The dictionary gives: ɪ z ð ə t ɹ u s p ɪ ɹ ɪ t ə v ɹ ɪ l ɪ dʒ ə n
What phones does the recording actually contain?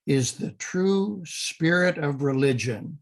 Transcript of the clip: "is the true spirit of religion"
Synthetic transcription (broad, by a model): ɪ z ð ə t ɹ u s p ɪ ɹ ɪ t ə v ɹ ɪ l ɪ dʒ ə n